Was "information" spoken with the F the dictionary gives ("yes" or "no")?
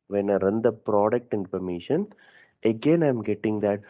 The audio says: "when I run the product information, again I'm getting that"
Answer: no